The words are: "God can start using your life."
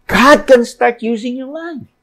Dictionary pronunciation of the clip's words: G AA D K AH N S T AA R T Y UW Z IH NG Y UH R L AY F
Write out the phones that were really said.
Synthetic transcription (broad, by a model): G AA D K AH N S T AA R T Y UW Z IH NG Y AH R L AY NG